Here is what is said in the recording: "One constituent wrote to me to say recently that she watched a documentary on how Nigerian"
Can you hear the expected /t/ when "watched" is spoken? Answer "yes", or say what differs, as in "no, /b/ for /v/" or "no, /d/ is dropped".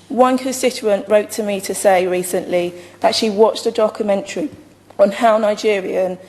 yes